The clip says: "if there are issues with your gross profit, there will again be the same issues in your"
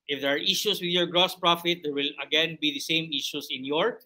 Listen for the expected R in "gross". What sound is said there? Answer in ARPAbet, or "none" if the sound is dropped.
R